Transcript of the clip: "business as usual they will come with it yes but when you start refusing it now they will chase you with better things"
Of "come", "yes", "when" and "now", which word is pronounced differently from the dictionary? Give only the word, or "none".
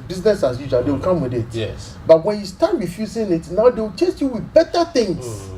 yes